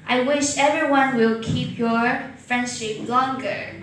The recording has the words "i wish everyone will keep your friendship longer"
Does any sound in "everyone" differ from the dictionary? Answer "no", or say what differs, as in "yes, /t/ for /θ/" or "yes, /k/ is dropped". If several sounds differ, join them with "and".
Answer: no